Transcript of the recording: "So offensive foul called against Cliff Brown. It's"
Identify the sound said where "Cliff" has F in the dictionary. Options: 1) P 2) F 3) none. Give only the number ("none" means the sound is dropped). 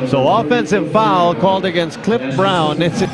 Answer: 1